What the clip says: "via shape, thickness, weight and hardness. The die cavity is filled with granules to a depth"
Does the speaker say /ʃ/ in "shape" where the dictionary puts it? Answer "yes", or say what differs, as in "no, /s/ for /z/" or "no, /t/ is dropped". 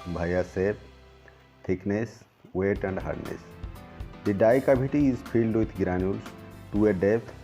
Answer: no, /s/ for /ʃ/